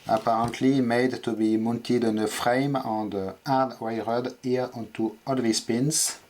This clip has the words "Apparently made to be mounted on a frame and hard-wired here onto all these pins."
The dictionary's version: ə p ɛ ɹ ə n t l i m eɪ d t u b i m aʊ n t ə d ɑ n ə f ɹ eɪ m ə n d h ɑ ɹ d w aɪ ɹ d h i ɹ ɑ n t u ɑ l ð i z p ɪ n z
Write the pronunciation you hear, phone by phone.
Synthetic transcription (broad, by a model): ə p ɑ ɹ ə n t l i m eɪ d t u b i m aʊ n t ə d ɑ n ə f ɹ eɪ m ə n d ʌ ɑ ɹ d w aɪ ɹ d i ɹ ɑ n t u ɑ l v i s p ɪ n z